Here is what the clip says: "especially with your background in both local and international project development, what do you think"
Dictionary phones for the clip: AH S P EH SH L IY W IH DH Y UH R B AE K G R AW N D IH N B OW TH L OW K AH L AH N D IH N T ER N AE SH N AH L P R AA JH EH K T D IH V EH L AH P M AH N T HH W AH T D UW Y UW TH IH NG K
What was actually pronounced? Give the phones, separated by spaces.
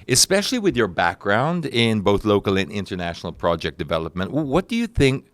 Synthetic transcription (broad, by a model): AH S P EH SH L IY W IH DH Y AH R B AE K G R AW N D IH N B OW TH L OW K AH L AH N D IH N T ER N AE SH N L P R AA JH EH K D IH V EH L AH P M AH N T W W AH T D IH Y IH TH IH NG K